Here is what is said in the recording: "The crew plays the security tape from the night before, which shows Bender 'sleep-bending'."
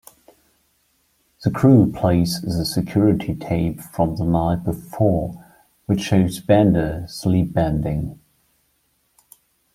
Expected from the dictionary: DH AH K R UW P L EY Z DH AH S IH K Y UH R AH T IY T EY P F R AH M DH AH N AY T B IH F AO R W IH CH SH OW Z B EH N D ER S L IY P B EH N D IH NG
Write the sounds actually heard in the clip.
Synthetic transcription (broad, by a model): DH AH K R UW P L EY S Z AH S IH K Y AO R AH T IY T EY B F R AH M DH AH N AY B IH F AO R W IH CH SH OW Z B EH N D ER S L IY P B EH N D IH NG